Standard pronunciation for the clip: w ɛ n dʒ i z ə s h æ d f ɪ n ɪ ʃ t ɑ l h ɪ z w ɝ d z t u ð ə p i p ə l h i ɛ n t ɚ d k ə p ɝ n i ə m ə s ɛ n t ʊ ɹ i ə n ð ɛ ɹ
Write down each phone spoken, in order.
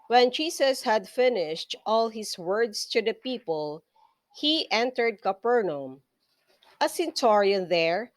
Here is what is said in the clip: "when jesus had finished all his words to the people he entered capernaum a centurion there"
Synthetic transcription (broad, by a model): w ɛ n dʒ i s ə s h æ d f ɪ n ɪ ʃ t ɑ l h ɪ s w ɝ d s t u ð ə p i p ə l h i ɛ n t ɚ d k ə p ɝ n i m ə s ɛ n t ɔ ɹ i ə n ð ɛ ɹ